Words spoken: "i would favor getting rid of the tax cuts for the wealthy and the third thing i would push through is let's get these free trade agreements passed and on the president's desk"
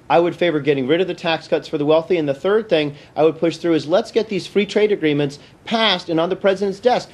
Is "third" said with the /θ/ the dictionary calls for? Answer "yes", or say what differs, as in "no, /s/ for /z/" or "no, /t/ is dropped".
yes